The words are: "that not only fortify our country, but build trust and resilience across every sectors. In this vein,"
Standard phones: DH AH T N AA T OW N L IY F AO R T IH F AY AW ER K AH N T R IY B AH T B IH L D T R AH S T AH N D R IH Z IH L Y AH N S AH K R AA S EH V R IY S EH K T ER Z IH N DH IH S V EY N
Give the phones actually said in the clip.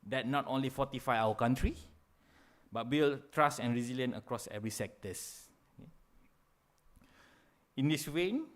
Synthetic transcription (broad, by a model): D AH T N AA T OW N L IY F AO T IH F AY AW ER K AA N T R IY B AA T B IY L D T R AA S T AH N R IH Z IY L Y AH N AH K R AA S EH V R IY S EH K T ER S IH N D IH S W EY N